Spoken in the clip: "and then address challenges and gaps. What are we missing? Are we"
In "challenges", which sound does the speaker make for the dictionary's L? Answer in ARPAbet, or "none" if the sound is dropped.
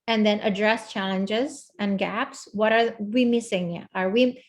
L